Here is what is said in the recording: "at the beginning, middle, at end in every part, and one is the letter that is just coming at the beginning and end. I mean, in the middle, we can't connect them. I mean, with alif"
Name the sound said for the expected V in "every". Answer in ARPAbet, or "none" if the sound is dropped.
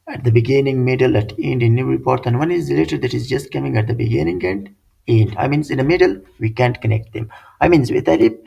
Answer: none